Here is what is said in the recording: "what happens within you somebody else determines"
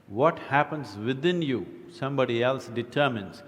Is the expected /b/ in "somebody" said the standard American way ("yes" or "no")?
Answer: yes